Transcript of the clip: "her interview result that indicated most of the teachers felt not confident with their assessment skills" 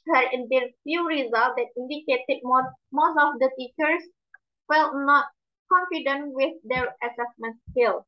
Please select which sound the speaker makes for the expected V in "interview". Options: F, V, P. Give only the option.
F